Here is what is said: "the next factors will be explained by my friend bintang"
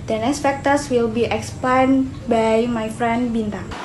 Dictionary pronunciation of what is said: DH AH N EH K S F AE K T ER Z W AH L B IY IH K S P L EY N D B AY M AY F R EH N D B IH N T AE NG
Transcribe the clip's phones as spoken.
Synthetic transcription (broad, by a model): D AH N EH S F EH K T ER S W AH L B IY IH K S P EY N B AY M AY F R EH N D B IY N T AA NG